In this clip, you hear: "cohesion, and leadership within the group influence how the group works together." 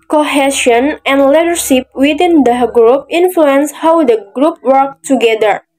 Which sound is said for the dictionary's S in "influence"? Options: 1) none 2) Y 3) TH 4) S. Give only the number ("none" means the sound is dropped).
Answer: 4